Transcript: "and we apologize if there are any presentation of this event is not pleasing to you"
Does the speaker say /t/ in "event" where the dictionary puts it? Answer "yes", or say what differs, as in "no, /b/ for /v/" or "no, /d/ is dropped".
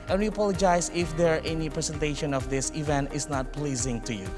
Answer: yes